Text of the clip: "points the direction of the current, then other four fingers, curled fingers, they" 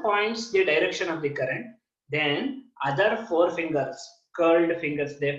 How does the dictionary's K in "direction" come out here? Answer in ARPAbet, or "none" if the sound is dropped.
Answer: K